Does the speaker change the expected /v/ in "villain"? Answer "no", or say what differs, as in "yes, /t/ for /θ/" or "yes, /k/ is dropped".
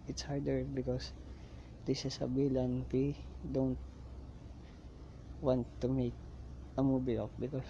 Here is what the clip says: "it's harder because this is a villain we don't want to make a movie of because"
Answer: yes, /b/ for /v/